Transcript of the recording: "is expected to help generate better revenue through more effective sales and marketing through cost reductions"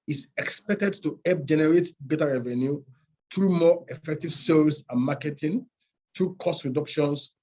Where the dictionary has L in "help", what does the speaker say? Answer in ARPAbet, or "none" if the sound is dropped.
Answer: none